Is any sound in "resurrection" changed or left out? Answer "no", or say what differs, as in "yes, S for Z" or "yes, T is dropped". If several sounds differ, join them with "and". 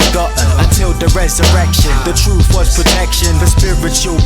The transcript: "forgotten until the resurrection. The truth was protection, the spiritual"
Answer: no